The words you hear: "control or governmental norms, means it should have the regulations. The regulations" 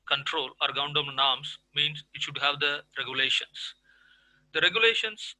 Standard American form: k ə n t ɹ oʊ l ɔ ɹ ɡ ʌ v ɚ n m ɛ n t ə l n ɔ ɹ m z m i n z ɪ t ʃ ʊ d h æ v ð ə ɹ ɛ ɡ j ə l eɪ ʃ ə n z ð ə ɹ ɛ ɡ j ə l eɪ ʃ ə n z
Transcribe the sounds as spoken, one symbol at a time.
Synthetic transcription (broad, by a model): k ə n t ɹ oʊ l ɔ ɹ ɡ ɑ ʊ n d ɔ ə n n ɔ ɹ m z m i n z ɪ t ʃ ʊ d h æ v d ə ɹ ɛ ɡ j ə l eɪ ʃ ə n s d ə ɹ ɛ ɡ j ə l eɪ ʃ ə n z